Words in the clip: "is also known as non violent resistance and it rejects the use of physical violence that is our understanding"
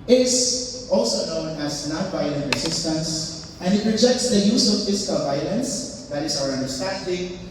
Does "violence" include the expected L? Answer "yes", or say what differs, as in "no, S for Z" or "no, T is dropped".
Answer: yes